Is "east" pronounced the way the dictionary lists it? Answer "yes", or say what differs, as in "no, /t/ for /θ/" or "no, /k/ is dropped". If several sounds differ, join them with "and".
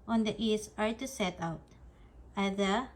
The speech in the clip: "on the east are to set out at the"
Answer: no, /t/ is dropped